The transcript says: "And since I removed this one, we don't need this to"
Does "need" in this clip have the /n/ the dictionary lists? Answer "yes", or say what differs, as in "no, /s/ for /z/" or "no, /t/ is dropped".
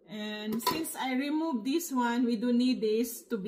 yes